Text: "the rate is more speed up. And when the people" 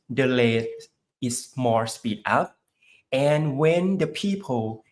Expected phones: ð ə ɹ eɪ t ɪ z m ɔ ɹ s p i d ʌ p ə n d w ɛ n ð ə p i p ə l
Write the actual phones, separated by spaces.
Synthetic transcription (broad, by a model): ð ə l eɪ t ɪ s m ɔ ɹ s p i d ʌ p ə n w ɛ n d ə p i p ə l